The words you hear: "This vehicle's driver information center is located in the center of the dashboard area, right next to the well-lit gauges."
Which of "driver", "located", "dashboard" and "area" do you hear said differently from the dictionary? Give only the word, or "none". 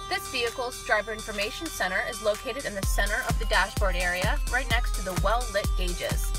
driver